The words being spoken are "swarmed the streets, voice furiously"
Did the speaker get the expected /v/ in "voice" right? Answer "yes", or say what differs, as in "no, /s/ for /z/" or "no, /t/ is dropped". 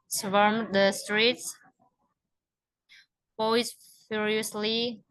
no, /p/ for /v/